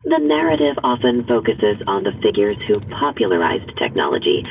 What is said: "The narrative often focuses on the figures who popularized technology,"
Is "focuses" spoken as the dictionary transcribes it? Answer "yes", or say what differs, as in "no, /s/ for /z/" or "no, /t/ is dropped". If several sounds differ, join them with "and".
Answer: yes